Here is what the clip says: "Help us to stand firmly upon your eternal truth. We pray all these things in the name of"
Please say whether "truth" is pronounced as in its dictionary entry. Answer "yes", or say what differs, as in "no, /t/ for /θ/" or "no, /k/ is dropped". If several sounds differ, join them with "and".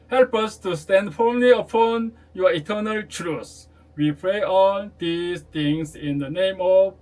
no, /s/ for /θ/